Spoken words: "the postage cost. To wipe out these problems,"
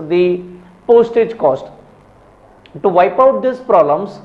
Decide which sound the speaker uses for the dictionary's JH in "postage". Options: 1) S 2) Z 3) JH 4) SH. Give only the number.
3